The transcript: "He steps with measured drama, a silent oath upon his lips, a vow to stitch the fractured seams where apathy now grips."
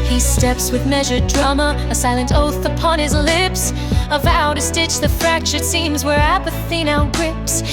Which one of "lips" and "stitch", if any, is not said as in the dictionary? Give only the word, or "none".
none